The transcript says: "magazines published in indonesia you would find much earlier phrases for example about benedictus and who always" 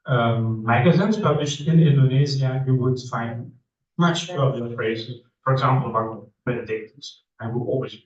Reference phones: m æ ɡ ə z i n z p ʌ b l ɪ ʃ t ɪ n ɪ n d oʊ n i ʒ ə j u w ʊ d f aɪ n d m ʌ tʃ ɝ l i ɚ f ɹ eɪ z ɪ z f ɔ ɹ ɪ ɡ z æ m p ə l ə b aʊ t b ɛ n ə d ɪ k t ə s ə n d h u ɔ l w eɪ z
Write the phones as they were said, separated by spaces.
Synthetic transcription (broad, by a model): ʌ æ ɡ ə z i n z p ʌ b l ɪ ʃ t ɪ n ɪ n d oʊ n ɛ z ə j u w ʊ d f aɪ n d m ʌ tʃ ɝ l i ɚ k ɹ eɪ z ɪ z f ɔ ɹ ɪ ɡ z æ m p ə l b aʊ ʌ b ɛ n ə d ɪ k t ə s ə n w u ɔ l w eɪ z